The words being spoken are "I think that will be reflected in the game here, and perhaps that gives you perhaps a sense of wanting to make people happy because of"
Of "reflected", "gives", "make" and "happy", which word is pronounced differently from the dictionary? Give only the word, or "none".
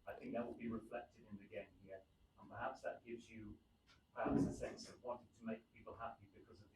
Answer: none